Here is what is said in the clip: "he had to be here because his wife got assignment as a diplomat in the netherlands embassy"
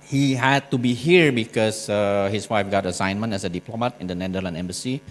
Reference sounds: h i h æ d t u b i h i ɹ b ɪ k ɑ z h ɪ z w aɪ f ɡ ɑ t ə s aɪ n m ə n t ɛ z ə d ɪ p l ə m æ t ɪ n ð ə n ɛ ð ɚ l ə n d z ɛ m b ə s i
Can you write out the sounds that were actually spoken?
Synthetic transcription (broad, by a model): h i h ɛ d t u b i h i ɹ b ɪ k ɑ s h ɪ s w aɪ f ɡ ɑ t ə s aɪ n m ə n t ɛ s ə d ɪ p l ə m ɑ t ɪ n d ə n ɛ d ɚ l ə n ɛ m b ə s i